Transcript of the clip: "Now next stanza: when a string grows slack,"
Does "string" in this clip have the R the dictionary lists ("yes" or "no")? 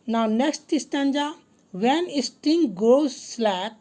no